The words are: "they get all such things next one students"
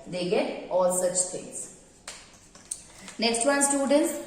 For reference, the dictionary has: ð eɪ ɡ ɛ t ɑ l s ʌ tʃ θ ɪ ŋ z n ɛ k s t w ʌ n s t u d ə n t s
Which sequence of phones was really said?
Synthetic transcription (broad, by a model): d eɪ ɡ ɛ t ɑ l s ʌ tʃ t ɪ ŋ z n ɛ k s t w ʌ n s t u d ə n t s